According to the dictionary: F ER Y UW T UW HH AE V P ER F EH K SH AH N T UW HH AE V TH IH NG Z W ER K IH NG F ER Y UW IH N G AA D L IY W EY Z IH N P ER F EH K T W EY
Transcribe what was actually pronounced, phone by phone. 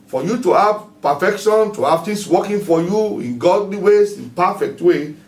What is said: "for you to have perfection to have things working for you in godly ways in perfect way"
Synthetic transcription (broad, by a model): F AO Y UW T UW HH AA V P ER F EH K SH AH N T UW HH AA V T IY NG S W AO K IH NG F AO Y UW IH N G AA D L IY W EY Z IH N P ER F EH K T W EY